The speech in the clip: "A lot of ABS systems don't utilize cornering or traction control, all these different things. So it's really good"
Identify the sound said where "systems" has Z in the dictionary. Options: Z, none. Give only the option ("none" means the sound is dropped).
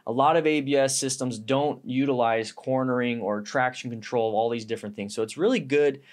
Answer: Z